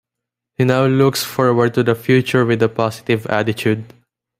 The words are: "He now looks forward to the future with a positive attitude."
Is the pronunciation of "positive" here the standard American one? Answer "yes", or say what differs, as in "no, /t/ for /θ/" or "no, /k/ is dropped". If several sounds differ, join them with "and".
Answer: no, /s/ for /z/